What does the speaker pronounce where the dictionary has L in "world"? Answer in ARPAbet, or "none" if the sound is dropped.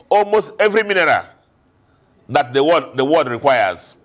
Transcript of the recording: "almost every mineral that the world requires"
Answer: W